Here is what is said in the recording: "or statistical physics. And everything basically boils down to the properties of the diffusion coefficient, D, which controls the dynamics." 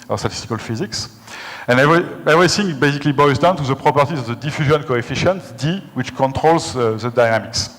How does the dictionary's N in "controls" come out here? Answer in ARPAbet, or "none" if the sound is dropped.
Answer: N